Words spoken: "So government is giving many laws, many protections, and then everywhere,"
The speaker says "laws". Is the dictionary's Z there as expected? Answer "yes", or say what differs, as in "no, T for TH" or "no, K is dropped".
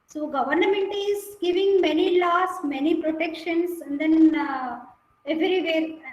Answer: no, S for Z